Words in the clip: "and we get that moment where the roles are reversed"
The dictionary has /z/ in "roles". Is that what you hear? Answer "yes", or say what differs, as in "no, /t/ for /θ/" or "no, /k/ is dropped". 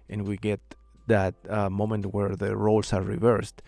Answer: no, /s/ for /z/